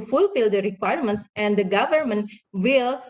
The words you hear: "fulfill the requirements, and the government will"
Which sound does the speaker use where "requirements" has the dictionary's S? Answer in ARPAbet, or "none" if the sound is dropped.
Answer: S